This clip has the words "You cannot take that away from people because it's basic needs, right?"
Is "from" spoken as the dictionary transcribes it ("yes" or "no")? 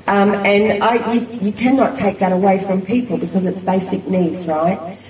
yes